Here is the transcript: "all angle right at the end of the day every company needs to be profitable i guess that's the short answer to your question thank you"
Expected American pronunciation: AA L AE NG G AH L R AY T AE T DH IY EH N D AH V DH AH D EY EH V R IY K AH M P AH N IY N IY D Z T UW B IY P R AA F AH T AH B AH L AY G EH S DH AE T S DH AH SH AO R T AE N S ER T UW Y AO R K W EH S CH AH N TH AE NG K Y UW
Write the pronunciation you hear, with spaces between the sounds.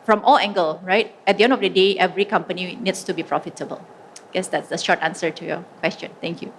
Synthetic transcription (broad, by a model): AA L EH NG G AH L R AY T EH T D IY EH N D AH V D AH D EY EH V R IY K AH M P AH N IY N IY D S T UW B IY P R AA F AH T AH B AH L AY G EH S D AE T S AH SH AO T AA N S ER T UW Y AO K W EH S CH AH N T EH NG K Y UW